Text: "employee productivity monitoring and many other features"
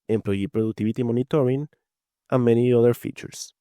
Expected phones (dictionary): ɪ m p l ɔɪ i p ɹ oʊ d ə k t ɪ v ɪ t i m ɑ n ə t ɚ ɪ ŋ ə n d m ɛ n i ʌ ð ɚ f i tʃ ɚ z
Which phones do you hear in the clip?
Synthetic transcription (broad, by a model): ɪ m p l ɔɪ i p ɹ oʊ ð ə k t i b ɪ t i m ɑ n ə t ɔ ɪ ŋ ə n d m ɛ n i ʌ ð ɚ f i tʃ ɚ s